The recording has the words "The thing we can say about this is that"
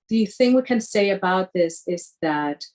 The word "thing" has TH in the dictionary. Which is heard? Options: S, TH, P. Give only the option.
TH